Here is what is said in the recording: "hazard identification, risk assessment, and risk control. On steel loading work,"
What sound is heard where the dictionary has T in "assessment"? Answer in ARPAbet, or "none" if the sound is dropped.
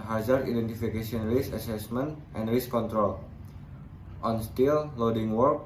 T